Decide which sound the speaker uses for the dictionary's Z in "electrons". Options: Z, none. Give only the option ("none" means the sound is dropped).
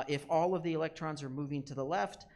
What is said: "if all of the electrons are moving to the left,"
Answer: Z